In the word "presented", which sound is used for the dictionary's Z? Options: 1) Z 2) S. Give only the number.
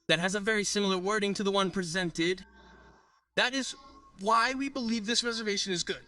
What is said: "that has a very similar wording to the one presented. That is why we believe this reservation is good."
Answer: 1